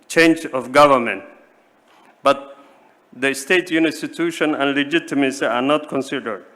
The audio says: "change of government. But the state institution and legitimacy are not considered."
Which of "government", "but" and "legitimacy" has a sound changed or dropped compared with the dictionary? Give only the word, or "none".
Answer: none